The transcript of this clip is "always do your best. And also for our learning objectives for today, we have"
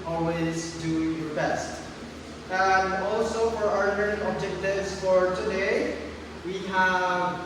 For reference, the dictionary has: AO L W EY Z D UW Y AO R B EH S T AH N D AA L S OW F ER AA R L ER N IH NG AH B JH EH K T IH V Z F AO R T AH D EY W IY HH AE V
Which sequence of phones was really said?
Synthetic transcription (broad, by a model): AO L W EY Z D UW Y AO R B EH S T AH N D AA L S OW F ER AA R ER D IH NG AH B JH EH K T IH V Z F AO R T AH D EY W IY HH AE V